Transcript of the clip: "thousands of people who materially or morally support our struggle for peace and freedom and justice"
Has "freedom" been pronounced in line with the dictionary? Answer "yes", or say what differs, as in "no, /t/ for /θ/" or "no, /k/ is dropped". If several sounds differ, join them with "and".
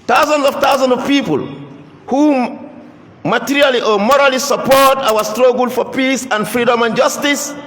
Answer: yes